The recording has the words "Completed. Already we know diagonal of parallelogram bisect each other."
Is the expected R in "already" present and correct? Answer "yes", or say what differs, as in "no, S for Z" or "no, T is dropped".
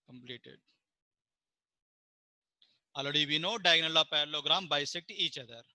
no, R is dropped